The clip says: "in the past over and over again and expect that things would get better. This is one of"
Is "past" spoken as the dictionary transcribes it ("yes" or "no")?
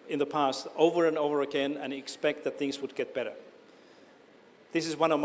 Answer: yes